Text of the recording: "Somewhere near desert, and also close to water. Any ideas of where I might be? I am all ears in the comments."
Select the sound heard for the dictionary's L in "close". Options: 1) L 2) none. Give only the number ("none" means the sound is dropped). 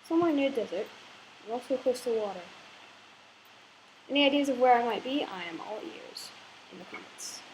2